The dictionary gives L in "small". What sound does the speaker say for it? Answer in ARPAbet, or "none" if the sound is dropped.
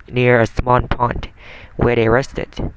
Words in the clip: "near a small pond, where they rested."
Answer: N